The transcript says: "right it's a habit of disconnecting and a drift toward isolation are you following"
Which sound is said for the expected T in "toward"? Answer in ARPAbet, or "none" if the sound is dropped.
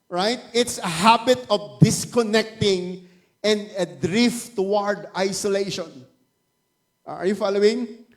T